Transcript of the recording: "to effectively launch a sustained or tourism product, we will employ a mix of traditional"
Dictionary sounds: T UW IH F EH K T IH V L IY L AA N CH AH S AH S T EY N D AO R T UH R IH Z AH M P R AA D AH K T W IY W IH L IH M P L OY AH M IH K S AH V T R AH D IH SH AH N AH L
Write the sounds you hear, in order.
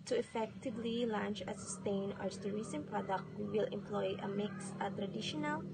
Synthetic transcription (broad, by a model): T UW IH F EH K T IH V L IY L AA N CH AH S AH S T EY N AO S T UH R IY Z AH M P R AA D AH K T W IY W IH L IH M P L OY AH M IH K S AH T R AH D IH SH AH N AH L